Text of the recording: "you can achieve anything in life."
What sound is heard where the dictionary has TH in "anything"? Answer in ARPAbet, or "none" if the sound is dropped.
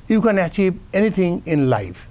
T